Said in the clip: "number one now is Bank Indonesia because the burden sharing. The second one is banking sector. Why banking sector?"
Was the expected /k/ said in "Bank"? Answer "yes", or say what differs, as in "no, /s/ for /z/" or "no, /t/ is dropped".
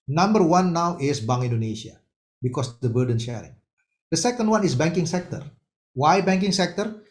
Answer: no, /k/ is dropped